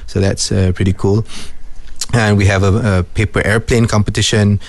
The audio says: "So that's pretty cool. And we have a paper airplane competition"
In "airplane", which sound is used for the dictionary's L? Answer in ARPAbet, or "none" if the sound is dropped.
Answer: L